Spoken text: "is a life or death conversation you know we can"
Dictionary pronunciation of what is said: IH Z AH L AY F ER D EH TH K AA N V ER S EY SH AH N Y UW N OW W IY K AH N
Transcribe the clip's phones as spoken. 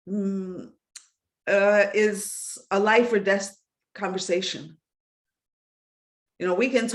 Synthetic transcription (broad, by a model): IH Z AH L AY F ER D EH S K AA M V ER S EY SH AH N Y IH N OW W IY K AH N